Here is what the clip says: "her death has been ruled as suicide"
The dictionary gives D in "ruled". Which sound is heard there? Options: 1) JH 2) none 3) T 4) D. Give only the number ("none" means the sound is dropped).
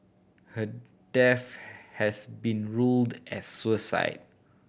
4